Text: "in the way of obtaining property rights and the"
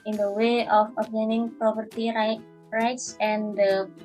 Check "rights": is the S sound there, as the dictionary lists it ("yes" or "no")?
yes